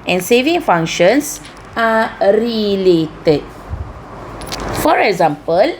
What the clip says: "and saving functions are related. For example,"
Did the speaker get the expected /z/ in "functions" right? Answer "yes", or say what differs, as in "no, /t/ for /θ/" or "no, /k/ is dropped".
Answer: no, /s/ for /z/